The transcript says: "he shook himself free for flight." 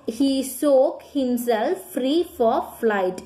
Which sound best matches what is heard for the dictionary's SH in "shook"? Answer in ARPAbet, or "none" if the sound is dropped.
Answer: S